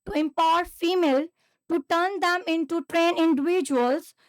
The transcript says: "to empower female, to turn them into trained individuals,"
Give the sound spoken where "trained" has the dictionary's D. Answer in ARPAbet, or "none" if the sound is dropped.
none